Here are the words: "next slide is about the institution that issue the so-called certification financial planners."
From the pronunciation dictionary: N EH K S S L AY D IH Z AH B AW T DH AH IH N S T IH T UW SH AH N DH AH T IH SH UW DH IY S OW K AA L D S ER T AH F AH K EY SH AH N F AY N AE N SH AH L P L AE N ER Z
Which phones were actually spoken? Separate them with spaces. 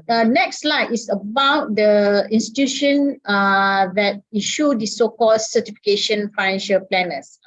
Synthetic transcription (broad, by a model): N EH K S S L AY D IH S AH B AW T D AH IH N S T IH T UW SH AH N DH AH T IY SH UW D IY S OW K AA L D S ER T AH F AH K EY SH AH N F AY N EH N SH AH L P L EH N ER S